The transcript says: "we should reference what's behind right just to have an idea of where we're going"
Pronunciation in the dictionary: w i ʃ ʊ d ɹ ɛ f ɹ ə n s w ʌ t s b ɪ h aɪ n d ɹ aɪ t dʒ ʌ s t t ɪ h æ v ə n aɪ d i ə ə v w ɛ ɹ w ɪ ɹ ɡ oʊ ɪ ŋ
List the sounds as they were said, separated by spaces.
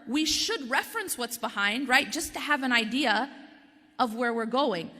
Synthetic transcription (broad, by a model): w i ʃ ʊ d ɹ ɛ f ɹ ə n s w ʌ t s b ɪ h aɪ n d ɹ aɪ t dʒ ʌ s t t ɪ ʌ v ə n aɪ d i ə ə v w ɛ ɹ w ɪ ɹ ɡ oʊ ɪ ŋ